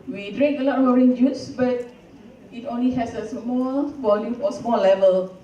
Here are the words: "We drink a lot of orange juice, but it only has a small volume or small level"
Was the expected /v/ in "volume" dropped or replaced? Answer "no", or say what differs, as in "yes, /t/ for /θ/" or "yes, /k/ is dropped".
yes, /b/ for /v/